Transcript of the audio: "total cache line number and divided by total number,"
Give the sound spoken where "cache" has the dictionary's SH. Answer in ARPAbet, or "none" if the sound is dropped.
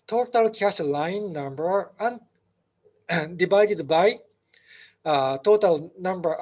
S